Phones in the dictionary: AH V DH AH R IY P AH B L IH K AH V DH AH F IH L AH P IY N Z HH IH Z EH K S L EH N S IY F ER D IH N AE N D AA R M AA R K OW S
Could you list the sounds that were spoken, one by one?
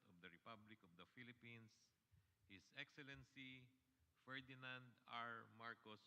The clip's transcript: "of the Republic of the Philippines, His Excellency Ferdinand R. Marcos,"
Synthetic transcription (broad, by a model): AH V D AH R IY P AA B L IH K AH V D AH F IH L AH P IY N S HH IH S EH K S L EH N S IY F ER D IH N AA N D AA R M AA R K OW S